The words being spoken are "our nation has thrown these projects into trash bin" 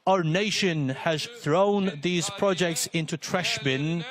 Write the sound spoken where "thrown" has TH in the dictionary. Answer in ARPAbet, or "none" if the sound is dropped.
TH